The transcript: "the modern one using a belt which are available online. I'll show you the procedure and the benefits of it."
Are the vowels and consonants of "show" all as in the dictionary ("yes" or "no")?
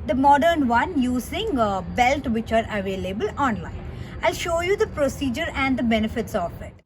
yes